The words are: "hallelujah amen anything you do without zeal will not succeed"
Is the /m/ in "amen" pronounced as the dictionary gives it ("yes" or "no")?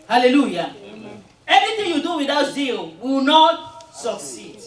no